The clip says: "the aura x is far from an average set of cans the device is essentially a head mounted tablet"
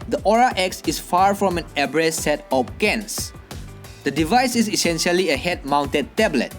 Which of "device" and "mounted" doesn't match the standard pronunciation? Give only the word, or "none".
none